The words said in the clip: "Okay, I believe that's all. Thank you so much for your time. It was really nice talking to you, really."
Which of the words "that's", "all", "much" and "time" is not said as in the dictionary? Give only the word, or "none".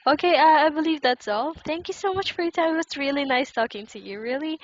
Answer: time